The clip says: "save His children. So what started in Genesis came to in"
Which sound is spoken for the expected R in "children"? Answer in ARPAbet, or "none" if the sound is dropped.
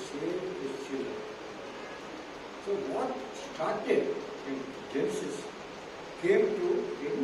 none